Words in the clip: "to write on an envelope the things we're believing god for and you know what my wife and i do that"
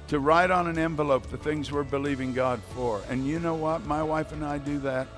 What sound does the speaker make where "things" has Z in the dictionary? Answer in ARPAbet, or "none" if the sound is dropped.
Z